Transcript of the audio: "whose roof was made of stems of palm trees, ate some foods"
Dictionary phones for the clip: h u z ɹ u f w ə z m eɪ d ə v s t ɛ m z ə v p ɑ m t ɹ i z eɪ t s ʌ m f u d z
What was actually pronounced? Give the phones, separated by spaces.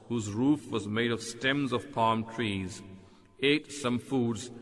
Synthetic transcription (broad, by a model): h u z ɹ u f w ə z m eɪ d ə v s t ɛ m z ə v p ɑ m t ɹ i z eɪ t s ʌ m f u d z